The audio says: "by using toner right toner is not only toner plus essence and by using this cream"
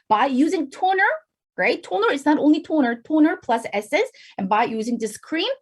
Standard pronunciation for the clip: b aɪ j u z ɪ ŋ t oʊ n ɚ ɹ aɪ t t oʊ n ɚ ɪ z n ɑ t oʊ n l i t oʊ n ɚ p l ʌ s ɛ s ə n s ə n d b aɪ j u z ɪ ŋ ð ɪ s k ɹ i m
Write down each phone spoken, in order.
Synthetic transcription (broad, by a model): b aɪ j u z ɪ ŋ t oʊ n ɚ ɹ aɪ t t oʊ n ɚ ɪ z n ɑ t oʊ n l i t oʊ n ɚ p l ʌ s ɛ s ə s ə n b aɪ j u z ɪ ŋ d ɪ s k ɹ i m